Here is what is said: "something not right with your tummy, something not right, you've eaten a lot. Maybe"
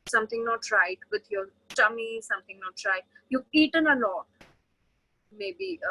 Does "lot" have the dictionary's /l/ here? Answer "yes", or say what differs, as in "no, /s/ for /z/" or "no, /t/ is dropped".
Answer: no, /n/ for /l/